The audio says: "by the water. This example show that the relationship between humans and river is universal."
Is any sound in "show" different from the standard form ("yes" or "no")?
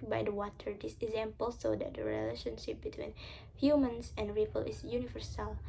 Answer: yes